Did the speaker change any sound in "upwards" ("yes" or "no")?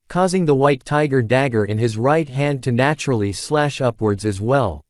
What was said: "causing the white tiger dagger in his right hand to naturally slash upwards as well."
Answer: no